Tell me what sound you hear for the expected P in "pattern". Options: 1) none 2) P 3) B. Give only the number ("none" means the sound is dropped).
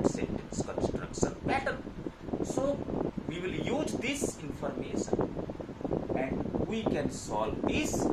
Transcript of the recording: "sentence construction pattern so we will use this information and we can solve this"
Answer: 3